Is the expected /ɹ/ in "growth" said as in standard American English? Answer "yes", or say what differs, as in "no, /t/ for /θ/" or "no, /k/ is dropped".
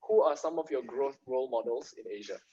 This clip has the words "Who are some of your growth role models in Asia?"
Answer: yes